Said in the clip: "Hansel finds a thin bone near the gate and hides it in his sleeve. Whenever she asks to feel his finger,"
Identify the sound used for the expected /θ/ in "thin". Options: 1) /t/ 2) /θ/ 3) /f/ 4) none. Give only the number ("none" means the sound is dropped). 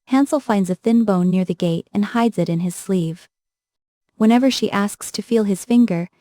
2